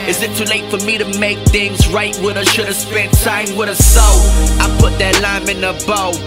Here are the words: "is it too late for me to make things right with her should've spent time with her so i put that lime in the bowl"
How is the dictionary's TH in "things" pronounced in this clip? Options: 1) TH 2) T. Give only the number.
1